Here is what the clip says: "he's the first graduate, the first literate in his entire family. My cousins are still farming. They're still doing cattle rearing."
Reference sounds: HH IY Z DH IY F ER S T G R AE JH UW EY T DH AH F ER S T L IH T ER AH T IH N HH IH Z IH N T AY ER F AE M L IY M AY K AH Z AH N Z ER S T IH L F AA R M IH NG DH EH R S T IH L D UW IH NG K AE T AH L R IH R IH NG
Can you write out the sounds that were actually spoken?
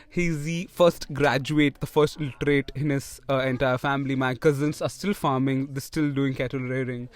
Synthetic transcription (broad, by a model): HH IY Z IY F ER S T G R AE JH UW EY T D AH F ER S T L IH T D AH T IH N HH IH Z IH N T AY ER F AE M L IY M AY K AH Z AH N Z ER S T IH L F AA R M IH NG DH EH S T IH L D UW IH NG K AE T AH L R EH R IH NG